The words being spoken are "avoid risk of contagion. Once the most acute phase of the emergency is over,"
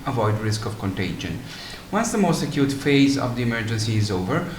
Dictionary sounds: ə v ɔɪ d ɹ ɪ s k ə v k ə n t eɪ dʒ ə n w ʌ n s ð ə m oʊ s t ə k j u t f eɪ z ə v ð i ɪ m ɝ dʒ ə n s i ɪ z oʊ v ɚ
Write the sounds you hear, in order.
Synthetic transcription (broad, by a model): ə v ɔɪ d ɹ ɪ s k ə v k ə n t eɪ dʒ ə n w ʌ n s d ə m oʊ s t ə k j u t f eɪ z ə v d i ɪ m ɝ dʒ ə n s i ɪ z oʊ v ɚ